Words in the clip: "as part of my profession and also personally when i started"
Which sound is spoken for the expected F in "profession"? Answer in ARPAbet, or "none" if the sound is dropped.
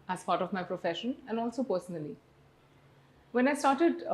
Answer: F